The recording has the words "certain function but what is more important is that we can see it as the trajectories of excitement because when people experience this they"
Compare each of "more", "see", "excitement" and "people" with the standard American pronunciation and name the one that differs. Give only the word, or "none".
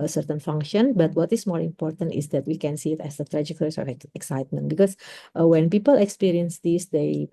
none